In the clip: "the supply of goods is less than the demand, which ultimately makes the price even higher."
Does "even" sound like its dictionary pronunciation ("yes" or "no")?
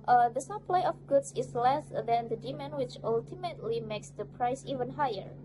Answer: yes